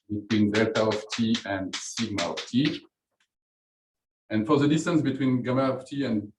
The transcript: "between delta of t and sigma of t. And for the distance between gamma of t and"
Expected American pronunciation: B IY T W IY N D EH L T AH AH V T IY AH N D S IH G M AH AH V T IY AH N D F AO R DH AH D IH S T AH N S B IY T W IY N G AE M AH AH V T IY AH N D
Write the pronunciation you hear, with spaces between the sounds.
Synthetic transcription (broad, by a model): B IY T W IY N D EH T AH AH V T IY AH N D S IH G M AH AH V T IY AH N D F AO R DH AH D IH S T AH N S B IY T W IY N G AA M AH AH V T IY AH N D